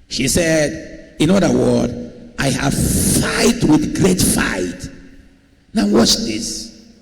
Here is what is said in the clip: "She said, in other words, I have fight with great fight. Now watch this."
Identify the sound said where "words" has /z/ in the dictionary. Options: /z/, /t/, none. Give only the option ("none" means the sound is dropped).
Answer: none